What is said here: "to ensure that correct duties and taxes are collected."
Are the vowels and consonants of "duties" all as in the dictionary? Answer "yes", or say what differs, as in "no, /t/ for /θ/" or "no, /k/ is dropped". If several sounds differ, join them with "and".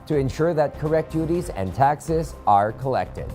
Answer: yes